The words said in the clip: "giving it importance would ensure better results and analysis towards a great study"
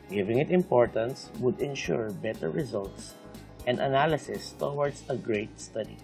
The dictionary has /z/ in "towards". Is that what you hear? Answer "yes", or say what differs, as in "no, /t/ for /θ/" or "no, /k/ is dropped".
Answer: no, /s/ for /z/